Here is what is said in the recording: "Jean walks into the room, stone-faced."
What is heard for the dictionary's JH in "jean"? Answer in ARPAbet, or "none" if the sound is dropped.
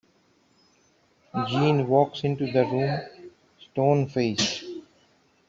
JH